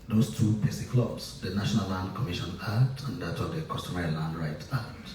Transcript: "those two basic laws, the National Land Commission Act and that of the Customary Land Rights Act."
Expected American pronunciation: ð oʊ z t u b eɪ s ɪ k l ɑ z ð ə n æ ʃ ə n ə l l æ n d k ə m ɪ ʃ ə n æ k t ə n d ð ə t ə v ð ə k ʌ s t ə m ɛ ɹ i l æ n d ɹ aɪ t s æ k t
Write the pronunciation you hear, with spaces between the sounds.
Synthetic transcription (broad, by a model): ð oʊ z t u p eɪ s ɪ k l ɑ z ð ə n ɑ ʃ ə n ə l l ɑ n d k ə m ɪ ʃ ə n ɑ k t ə n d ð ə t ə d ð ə k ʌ s t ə m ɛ ɹ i l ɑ n d ɹ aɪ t ɑ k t